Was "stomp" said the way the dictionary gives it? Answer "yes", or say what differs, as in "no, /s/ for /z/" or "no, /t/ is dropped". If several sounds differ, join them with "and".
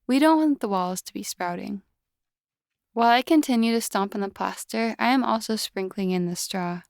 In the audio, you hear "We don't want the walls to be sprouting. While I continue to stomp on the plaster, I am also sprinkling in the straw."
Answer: yes